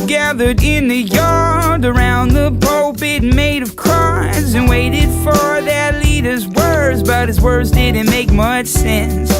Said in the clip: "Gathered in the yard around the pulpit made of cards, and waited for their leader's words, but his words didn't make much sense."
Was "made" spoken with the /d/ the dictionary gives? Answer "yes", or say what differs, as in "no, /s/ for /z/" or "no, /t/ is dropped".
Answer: yes